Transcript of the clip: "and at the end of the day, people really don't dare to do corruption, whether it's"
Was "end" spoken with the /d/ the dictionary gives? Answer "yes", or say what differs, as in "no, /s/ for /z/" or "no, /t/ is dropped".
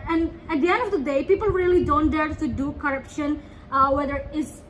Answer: yes